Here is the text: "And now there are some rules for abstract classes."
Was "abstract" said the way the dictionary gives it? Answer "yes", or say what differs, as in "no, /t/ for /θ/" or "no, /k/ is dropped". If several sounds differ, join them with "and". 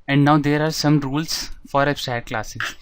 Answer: no, /k/ is dropped